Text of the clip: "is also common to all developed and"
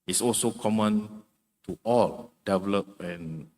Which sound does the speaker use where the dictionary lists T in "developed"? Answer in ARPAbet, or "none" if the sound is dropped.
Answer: none